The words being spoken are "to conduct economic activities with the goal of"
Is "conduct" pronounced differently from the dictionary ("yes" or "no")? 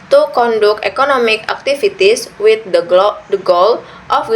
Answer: yes